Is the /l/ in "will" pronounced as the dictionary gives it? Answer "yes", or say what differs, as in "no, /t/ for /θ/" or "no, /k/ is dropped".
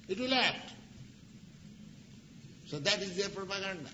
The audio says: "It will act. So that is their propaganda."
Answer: yes